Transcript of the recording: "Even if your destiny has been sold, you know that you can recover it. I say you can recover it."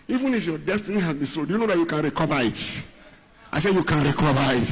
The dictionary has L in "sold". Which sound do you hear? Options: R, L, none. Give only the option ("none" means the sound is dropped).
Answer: none